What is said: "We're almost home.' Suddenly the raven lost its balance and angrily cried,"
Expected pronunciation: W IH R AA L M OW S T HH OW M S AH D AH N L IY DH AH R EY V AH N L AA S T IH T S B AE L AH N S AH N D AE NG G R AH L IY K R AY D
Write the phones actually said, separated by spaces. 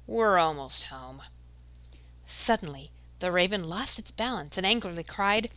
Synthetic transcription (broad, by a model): W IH R AA L M OW S T HH OW M S AH D N L IY DH AH R EY V AH N L AA S T IH T S B AE L AH N S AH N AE NG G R L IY K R AY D